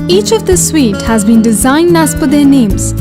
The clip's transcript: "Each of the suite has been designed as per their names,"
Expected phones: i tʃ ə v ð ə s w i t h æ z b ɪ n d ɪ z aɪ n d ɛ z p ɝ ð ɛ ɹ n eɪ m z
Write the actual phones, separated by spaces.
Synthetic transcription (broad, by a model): i tʃ ə v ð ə s w i t h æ z b ɪ n d ɪ z aɪ n d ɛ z f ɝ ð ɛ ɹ n eɪ m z